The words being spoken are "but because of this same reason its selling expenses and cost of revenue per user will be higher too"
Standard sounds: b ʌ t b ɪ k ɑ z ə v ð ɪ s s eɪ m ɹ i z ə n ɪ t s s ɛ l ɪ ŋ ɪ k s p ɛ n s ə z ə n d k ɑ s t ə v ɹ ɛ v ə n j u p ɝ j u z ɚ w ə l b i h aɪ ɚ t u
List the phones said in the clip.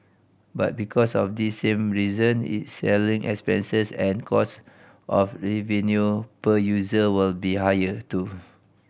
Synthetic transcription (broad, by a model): b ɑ t b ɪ k ɑ s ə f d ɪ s s eɪ m ɹ i z ə n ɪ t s s ɛ l ɪ ŋ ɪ k s p ɛ n s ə s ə n k ɑ s t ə f ɹ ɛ v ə n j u p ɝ j u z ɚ w ə l b i h aɪ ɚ t u